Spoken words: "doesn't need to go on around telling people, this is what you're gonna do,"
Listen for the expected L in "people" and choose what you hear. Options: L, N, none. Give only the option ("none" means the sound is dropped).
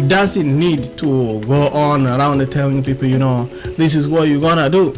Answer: N